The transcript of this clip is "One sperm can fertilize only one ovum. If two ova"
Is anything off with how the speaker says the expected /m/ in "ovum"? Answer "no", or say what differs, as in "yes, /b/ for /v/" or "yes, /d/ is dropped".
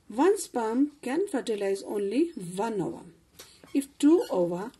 yes, /m/ is dropped